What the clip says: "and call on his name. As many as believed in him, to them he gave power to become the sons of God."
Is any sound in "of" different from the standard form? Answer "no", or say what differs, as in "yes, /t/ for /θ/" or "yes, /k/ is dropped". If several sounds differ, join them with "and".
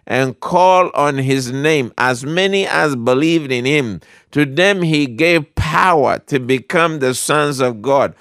no